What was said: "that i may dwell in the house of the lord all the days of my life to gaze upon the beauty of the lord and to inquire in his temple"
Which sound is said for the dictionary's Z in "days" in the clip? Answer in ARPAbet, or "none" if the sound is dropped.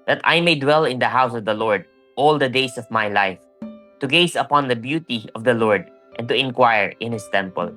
S